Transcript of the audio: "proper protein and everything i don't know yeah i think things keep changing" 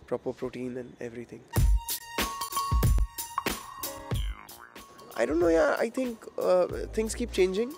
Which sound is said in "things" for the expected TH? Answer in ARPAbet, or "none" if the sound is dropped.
T